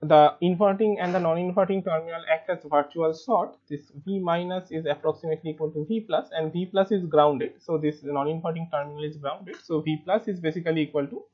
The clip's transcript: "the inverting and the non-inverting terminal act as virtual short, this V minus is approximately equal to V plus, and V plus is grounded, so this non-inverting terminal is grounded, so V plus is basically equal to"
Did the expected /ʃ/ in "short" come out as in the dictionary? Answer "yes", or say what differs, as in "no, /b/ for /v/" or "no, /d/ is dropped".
no, /s/ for /ʃ/